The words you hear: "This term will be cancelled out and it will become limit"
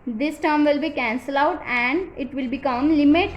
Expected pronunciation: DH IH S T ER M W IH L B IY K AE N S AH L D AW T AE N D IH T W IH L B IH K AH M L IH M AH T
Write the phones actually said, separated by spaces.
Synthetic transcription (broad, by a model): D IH S T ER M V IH L B IY K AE N S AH L AW T AE N D IH T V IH L B IH K AH M L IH M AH T